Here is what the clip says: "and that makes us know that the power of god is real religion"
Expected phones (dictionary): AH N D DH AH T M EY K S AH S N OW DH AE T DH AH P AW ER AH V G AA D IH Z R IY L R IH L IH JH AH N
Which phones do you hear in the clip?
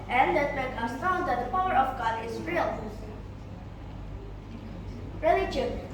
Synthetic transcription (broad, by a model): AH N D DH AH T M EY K AH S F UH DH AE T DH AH P AW ER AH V G AA D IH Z R IY L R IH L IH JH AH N